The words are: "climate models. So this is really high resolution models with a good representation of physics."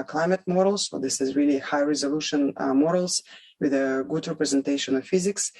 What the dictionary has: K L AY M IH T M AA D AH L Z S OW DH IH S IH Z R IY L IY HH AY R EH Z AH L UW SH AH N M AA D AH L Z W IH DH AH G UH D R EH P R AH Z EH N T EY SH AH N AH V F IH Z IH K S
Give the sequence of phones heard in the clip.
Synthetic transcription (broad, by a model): K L AY M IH T M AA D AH L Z S OW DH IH S IH Z R IY L IY HH AY R EH Z AH L UW SH AH N M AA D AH L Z W IH DH AH G UH D R EH P R AH Z EH N T EY SH AH N AH V F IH Z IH K S